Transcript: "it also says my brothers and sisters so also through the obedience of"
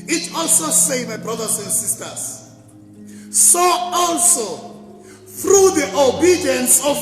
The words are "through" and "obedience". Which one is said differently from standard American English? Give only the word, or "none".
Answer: none